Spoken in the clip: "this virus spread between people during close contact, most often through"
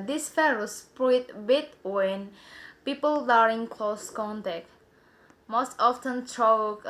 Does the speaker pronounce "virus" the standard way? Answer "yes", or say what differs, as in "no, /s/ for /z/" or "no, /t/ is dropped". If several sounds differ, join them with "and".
no, /f/ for /v/